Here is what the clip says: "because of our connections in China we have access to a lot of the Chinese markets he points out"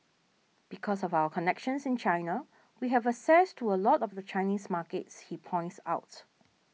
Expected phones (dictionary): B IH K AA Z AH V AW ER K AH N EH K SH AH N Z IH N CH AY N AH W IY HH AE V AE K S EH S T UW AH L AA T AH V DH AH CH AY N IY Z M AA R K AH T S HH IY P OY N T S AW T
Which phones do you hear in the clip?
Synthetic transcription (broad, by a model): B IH K AA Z AH V AW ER K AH N EH K SH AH N S IH N CH AY N AH W IY HH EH V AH S EH S T UW AH L AA T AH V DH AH CH AY N IY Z M AA K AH T S HH IY P OY N T S AW T